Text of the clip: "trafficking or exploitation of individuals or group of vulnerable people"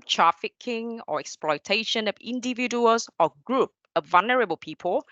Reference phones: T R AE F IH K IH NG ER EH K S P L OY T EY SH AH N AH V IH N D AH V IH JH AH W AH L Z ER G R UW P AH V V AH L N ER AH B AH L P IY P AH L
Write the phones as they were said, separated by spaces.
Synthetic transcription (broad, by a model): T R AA F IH K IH NG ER EH K S P L OY T EY SH AH N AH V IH N D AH V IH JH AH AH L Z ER G R UW P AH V V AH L N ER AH B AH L P IY P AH L